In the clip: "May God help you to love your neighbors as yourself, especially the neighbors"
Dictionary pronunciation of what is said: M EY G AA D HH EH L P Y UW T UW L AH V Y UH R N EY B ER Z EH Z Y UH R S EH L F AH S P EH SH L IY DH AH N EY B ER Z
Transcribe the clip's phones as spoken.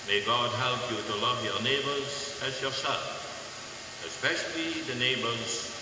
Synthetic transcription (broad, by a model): M EY G AA D HH EH L P Y UW T UW L AH V Y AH R N EY B ER Z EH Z Y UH R S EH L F AH S P EH SH L IY DH AH N EY B ER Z